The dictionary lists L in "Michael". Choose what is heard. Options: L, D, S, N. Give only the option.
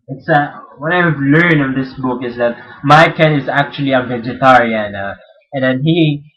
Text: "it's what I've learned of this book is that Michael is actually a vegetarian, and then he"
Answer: N